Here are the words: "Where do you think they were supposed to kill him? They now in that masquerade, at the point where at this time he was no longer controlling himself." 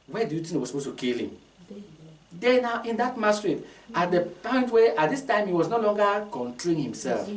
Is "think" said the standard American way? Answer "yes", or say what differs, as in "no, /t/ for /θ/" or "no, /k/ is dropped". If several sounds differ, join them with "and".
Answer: no, /t/ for /θ/